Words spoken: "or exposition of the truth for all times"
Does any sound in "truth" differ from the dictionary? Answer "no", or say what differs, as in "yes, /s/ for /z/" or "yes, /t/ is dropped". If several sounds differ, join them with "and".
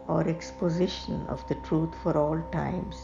yes, /t/ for /θ/